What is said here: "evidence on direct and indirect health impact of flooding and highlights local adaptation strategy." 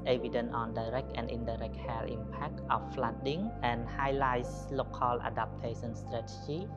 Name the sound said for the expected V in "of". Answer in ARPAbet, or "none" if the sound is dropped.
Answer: F